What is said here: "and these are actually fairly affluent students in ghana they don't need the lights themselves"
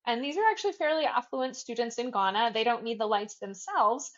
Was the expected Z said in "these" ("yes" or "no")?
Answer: yes